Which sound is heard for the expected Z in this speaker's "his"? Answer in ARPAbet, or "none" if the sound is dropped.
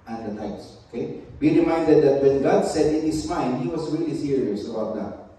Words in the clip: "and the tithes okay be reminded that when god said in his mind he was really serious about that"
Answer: S